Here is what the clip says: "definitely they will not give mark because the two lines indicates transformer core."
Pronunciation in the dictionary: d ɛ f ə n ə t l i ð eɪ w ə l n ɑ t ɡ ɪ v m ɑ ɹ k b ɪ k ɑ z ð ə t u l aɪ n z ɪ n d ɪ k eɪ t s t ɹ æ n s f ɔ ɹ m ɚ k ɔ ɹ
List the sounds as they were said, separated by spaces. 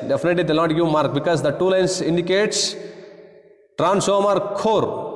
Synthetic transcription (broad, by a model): d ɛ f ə n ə t l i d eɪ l n ɑ t ɡ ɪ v m ɑ ɹ k b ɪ k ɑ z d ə t u l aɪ n s ɪ n d ɪ k eɪ t s t ɹ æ n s ɔ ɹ m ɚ k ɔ ɹ